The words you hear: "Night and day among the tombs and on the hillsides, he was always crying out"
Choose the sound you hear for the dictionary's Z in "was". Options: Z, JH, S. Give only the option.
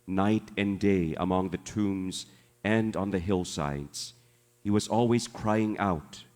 Z